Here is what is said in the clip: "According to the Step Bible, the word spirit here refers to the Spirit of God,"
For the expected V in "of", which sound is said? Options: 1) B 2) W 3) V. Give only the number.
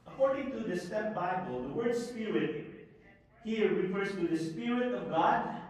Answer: 3